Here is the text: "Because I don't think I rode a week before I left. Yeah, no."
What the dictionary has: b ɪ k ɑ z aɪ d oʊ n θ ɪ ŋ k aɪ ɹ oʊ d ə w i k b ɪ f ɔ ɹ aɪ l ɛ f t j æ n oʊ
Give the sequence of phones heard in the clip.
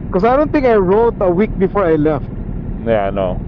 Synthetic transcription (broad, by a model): k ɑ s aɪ d oʊ n t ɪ ŋ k aɪ ɹ oʊ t ə w i k b ɪ f ɔ ɹ aɪ l ɛ f t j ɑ n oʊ